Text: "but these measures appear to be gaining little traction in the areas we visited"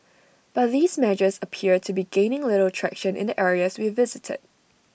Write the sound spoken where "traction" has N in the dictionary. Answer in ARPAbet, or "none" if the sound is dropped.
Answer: N